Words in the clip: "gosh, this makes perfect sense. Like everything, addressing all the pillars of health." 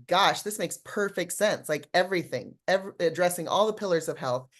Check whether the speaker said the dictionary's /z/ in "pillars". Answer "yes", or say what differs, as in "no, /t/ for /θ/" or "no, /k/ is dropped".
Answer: yes